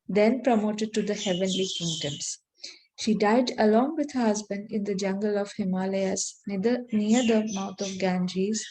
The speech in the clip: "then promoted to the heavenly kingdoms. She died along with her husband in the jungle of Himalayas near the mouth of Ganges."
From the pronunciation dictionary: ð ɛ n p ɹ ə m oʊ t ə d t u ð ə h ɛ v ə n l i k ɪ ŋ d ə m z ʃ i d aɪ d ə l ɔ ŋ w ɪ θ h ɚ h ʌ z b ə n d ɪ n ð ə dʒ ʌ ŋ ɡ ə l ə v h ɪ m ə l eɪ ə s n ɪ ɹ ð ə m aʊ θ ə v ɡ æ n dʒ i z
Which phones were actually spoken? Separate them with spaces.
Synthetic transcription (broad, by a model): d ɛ n p ɹ ə m oʊ t ə d t u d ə h ɛ v ə n l i k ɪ ŋ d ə m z ʃ i d aɪ d ə l ɔ ŋ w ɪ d h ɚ h ʌ z b ə n d ɪ n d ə dʒ ʌ ŋ ɡ ə l ə v h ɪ m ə l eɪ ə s n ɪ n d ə m aʊ t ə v ɡ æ n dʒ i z